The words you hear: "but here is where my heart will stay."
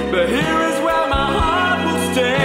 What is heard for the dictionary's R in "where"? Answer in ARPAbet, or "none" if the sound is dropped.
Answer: L